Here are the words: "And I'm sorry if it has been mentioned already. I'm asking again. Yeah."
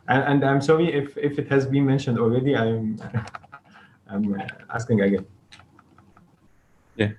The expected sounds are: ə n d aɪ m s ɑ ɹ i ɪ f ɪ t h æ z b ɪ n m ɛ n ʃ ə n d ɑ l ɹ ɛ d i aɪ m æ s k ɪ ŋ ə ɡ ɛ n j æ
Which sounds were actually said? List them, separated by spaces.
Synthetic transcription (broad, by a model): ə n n aɪ m s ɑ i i ɪ f ɪ t h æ z b ɪ n m ɛ n ʃ ə n d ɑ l ɹ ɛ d i aɪ m æ s k ɪ ŋ ə ɡ ɛ n j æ